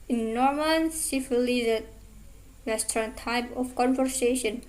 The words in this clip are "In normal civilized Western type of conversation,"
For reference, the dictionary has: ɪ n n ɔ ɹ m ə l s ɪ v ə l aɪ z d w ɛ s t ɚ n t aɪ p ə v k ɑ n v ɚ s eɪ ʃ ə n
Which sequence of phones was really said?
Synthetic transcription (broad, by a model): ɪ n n ɔ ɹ m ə n s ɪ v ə l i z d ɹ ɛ s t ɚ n t aɪ p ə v k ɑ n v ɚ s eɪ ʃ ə n